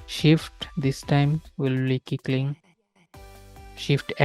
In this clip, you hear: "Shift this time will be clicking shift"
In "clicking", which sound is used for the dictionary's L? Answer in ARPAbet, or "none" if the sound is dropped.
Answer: none